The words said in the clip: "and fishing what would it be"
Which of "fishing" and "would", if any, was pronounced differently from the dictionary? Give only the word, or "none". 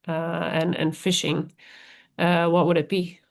none